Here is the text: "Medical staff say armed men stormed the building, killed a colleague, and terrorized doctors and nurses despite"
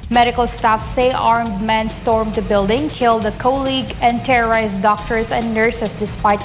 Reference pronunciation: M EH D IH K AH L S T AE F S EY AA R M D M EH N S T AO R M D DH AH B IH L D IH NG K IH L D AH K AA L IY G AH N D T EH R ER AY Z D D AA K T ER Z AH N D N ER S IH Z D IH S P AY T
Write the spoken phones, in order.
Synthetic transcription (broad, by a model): M EH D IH K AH L S T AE F S EY AA R M D M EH N S T AO R M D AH B IH L D IH NG K IH L D AH K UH L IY G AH N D T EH R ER AY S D D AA K T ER S AH N D N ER S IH S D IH S P AY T